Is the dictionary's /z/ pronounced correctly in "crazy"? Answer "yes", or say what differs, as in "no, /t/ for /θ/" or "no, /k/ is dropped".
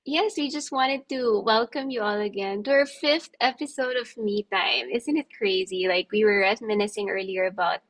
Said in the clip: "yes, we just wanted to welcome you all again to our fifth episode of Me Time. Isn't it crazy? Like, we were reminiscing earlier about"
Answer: yes